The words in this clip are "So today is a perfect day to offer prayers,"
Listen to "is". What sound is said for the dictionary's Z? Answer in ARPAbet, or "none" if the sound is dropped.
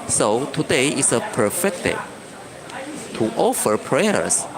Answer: S